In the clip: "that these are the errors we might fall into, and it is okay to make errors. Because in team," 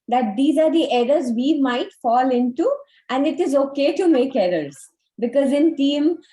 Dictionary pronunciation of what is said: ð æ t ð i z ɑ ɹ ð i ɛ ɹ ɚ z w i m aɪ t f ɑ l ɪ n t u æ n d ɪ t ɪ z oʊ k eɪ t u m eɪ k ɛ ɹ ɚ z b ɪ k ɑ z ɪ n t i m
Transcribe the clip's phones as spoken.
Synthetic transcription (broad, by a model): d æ t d i z ɑ ɹ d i ɛ ɹ ɚ z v i m aɪ t f ɑ l ɪ n t u æ n d ɪ t ɪ z oʊ k eɪ t u m eɪ k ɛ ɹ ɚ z b ɪ k ɑ z ɪ n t i m